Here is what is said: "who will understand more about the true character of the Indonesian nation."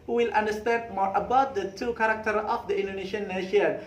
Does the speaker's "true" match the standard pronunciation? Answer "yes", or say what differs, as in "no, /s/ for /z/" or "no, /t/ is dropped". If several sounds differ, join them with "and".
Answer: no, /ɹ/ is dropped